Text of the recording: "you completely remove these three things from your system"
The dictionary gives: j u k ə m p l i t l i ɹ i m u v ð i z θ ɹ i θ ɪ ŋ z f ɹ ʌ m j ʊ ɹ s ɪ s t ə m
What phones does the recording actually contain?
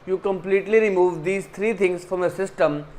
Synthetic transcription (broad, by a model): j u k ə m p l i t l i ɹ i m u v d i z t ɹ i t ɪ ŋ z f ɹ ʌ m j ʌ s ɪ s t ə m